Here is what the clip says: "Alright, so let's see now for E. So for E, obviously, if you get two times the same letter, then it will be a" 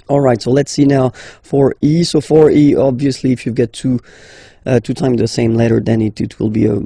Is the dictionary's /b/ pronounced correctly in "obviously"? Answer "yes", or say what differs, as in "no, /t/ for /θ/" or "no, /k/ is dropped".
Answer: yes